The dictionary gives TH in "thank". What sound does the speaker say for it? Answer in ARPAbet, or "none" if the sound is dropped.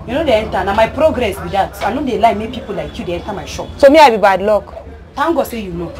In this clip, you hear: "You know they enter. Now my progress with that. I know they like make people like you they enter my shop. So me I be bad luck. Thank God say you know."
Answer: T